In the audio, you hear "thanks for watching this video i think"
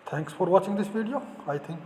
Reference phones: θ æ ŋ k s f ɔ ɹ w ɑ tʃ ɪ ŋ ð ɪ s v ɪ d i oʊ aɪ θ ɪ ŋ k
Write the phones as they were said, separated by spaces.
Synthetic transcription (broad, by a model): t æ ŋ k s f ɔ ɹ w ɑ tʃ ɪ ŋ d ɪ s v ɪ d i oʊ aɪ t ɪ ŋ k